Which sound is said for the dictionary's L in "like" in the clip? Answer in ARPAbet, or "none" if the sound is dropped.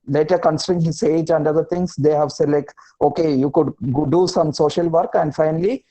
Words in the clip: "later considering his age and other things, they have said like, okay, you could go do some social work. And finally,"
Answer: L